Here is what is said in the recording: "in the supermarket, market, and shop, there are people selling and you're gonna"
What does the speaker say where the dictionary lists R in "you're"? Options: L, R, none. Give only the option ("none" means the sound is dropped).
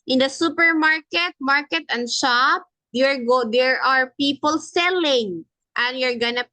R